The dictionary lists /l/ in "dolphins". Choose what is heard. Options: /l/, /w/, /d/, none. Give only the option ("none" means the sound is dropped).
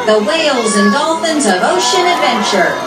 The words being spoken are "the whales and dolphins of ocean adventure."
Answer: /l/